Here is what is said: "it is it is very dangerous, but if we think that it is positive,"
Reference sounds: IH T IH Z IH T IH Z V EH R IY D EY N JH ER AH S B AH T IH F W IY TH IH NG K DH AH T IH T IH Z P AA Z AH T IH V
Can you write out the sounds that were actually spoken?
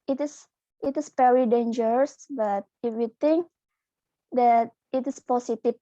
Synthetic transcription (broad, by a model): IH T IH S IH T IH S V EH R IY D EY N JH ER AH S B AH T IH F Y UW T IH NG K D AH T IH T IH S P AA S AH T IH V